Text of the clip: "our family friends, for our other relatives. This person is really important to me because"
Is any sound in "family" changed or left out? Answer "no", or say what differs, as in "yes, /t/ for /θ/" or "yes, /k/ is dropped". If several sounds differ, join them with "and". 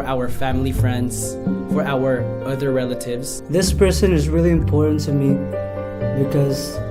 no